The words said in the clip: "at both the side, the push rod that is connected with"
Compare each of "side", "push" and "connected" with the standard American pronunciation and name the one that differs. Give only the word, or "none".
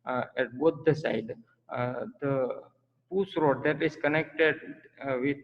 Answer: push